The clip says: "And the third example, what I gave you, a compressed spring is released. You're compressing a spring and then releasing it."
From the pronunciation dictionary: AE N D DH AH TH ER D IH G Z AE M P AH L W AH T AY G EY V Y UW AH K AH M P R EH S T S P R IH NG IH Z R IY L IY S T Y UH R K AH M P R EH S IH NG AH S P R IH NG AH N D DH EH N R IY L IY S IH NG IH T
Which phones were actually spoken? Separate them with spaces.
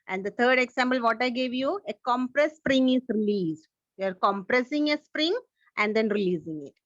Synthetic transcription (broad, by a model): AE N D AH T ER D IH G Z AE M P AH L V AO T AY G EY V Y UW AH K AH M P R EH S S P R IH NG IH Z R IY L IY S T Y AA R K AH M P R EH S IH NG AH S P R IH NG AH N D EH N R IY L IY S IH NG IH T